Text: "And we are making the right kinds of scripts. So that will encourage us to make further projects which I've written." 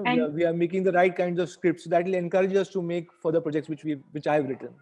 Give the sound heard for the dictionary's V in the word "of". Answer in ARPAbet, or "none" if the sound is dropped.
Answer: V